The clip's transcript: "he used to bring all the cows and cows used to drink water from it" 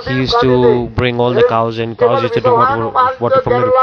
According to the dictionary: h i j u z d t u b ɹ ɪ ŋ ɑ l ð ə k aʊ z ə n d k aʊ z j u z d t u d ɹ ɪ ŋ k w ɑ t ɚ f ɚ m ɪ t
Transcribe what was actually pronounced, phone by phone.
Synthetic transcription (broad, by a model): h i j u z t u b ɹ ɪ ŋ ɑ l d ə k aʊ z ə n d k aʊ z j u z t u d w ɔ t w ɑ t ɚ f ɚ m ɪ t